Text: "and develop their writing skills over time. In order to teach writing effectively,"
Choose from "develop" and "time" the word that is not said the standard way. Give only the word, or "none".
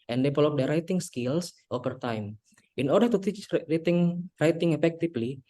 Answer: develop